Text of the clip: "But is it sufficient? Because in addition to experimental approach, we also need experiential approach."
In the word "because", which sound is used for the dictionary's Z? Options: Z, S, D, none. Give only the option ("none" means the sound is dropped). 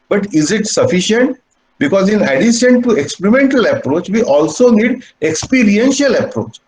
Z